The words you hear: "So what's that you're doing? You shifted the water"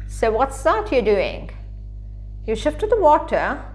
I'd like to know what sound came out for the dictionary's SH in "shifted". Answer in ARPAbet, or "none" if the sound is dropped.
SH